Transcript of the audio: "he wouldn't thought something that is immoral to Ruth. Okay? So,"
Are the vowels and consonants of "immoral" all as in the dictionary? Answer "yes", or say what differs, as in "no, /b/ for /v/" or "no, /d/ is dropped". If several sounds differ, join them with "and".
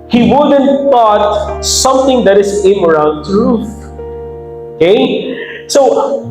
no, /n/ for /l/